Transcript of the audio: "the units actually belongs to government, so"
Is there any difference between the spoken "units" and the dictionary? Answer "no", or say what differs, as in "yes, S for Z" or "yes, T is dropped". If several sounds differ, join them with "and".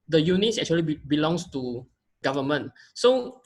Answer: no